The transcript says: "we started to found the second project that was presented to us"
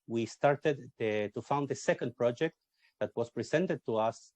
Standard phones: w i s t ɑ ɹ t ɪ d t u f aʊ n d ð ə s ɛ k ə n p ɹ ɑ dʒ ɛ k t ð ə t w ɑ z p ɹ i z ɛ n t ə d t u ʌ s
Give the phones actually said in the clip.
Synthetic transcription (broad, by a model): w i s t ɑ ɹ t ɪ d t u f aʊ n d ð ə s ɛ k ə n p ɹ ɑ dʒ ɛ k t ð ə t w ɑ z p ɹ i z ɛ n t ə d t u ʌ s